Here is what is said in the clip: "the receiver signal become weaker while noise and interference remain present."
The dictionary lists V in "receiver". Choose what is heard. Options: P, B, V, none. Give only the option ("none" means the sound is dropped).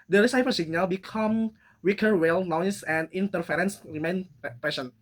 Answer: P